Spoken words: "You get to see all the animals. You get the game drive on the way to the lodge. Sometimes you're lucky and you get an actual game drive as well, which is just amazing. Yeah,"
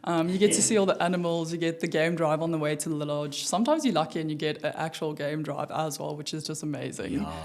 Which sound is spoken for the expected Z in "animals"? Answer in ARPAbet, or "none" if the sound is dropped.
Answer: Z